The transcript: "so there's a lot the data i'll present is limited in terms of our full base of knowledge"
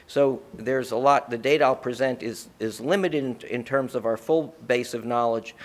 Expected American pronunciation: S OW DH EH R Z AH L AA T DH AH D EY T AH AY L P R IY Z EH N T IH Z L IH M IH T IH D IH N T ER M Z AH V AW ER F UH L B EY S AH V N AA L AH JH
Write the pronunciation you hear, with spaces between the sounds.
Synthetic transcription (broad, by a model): S OW DH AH R Z AH L AA T DH AH D EY T AH AY L P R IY Z EH N T IH Z L IH M IH T IH D IH N T ER M Z AH V AW ER F UH L B EY S AH V N AA L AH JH